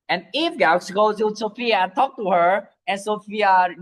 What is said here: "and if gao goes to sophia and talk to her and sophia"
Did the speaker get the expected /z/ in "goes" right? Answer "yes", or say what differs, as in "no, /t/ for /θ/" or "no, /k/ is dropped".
no, /z/ is dropped